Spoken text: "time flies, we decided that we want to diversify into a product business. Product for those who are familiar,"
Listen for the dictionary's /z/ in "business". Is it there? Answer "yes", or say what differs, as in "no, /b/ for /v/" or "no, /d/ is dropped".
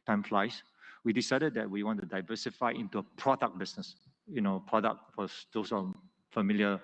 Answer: no, /s/ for /z/